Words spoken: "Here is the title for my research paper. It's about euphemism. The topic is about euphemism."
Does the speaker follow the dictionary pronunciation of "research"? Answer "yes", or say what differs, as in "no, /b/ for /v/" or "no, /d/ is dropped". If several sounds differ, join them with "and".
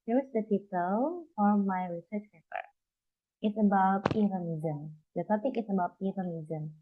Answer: yes